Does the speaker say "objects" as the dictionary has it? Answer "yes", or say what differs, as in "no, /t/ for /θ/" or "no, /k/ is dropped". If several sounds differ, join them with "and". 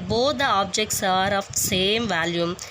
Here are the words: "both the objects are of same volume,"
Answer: yes